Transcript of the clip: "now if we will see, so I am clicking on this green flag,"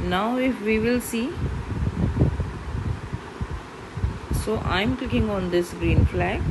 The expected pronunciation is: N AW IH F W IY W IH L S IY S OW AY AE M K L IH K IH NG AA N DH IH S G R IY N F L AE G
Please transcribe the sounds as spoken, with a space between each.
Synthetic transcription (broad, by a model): N AW IH F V IY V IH L S IY S OW AY M K L IH K IH NG AA N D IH S G R IY N F L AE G